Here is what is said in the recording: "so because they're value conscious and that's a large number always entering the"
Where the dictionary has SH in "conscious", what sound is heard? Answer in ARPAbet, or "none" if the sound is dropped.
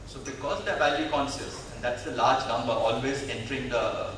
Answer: S